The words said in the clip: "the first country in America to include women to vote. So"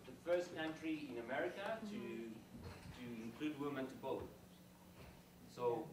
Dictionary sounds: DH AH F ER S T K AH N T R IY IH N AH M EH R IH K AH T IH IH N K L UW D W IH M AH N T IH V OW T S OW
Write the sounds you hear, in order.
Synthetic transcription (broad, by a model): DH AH F ER S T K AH N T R IY IH N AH M EH R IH K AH T IH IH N K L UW D W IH M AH N T IH B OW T S OW